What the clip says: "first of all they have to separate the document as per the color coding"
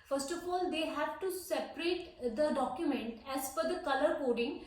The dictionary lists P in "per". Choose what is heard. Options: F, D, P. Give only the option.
F